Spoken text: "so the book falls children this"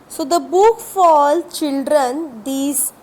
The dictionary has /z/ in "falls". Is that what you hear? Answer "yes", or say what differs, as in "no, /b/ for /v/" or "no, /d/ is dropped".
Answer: no, /z/ is dropped